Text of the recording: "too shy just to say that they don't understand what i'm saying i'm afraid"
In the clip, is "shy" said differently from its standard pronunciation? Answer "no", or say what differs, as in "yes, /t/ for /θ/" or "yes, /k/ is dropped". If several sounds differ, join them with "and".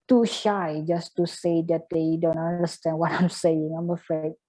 no